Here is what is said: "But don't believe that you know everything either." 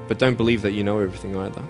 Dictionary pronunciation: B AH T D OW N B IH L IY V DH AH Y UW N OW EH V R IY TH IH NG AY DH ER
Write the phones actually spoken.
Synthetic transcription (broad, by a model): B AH T D OW N B IH L IY V DH AH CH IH N OW EH V R IY TH IH NG AY DH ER